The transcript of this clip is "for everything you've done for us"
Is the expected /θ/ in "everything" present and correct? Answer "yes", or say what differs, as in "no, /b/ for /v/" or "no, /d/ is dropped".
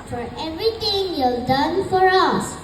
no, /t/ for /θ/